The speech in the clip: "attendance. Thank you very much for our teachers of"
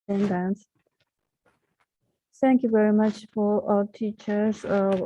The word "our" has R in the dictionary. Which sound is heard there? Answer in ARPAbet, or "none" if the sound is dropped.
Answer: L